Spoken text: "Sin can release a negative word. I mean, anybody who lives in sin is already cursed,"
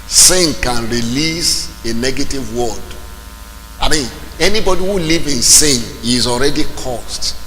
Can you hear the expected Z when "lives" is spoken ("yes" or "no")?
no